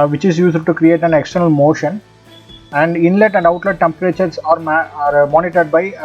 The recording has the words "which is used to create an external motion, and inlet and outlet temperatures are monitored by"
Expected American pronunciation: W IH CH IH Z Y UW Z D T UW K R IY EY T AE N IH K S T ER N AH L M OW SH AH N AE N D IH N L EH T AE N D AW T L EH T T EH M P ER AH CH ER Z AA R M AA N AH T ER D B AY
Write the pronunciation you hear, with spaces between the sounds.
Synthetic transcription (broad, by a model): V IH CH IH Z Y UW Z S T UW K R IY EY T AE N IH K S T ER N AH L M OW SH AH N AE N D IH N L EH T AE N D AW T L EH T T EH M P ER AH CH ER S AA R M AA N AH T ER D B AY